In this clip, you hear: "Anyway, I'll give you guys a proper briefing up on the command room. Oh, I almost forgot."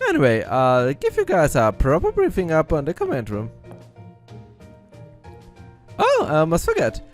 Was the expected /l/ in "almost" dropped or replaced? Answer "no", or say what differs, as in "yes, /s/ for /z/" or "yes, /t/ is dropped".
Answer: yes, /l/ is dropped